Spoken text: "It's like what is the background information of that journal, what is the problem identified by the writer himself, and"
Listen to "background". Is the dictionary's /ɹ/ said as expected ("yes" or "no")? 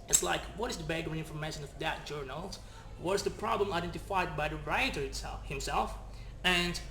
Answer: no